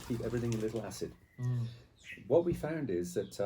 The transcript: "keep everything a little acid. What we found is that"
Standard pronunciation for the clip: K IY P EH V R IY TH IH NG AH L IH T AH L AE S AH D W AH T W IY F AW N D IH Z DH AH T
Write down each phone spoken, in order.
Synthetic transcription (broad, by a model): K IY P EH V R IY TH IH NG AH L IH T L AE S AH D W AH T W IY F AW N D IH Z DH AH T